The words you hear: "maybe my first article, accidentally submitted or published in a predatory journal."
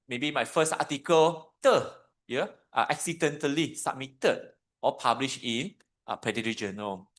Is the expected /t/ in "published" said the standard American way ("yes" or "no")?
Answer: no